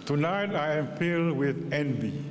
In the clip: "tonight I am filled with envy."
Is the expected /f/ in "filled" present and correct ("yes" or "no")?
no